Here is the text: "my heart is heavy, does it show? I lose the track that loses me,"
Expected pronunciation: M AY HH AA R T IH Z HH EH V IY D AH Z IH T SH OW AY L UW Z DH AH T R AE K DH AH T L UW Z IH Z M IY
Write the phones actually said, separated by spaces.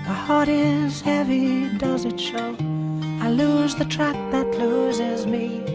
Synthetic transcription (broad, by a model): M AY HH AA R T IH Z HH EH V IY D AH Z IH T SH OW AY L UW Z DH AH T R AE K DH AH T L UW Z IH Z M IY